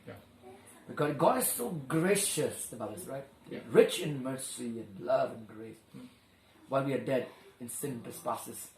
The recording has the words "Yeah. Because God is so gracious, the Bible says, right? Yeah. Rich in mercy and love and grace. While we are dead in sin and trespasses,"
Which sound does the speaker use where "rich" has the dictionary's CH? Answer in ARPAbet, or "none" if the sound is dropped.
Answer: CH